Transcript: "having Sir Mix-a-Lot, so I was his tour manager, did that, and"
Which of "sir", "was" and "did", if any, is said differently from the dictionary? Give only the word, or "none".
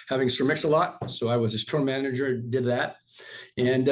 none